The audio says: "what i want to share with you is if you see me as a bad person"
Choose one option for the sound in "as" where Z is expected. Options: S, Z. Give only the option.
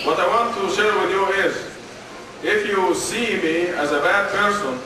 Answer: Z